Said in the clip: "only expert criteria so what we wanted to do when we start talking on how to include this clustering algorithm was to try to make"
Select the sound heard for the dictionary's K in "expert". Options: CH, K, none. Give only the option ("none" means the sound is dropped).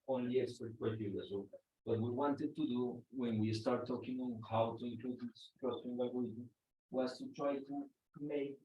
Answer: none